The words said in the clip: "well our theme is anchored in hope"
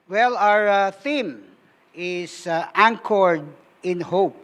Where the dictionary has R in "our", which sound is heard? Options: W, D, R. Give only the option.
R